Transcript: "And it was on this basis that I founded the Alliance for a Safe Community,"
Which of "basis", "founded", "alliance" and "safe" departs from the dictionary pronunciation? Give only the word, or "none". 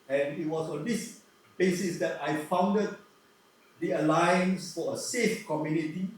none